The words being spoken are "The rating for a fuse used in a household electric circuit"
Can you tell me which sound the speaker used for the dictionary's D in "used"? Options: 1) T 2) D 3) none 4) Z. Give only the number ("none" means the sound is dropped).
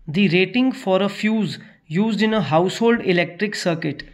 2